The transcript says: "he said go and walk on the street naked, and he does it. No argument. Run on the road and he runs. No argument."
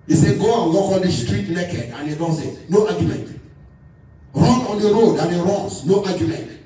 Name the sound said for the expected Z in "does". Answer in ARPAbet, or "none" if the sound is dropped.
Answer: S